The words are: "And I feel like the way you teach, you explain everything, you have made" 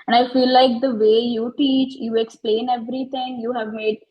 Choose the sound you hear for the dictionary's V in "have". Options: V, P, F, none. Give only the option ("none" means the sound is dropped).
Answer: V